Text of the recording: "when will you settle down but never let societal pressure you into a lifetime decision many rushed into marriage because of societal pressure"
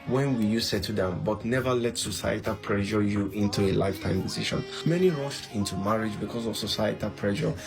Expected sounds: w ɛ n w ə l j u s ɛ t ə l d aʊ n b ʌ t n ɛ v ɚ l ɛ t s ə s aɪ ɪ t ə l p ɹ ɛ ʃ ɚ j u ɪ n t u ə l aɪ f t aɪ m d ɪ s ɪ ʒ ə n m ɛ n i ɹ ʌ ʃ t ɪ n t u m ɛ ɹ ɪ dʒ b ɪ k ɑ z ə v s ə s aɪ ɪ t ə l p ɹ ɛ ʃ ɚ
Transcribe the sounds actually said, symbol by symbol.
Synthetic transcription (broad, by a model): w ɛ n w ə j u s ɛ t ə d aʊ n b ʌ t n ɛ v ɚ l ɛ t s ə s aɪ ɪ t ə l p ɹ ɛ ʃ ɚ j u ɪ n t u ə l aɪ f t aɪ m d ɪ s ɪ ʃ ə n m ɛ n i ɹ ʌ ʃ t ɪ n t u m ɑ ɹ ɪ dʒ b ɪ k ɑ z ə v s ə s aɪ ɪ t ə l p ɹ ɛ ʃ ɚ